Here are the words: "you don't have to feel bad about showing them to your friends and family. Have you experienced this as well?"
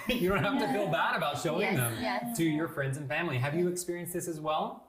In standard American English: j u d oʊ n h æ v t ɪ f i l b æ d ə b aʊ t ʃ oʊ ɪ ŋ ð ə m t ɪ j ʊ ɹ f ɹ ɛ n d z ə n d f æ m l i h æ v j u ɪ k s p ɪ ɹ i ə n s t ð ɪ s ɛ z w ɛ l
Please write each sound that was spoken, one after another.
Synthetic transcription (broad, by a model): j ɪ d oʊ n h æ f t ɪ f i l b æ d ə b aʊ t ʃ oʊ ɪ ŋ ð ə m t ɪ j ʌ ɹ f ɹ ɛ n d z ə n f æ m l i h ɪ v j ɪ k s p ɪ ɹ i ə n s ð ɪ s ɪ z w ɛ l